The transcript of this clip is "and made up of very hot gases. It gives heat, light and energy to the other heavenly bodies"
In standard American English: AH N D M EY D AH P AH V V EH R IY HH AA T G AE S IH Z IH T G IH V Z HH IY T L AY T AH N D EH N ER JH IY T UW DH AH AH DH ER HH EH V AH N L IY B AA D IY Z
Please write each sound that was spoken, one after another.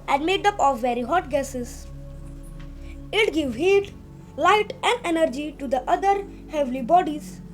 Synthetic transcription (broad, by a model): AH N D M EY D AH P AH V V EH R IY HH AA T G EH S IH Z IH T G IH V HH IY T L AY T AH N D EH N ER JH IY T UW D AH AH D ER HH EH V L IY B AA D IY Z